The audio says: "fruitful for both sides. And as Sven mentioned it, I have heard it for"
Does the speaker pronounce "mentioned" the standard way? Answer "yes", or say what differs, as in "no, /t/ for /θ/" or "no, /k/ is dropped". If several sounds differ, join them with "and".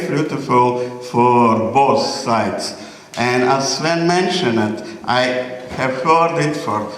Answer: no, /d/ is dropped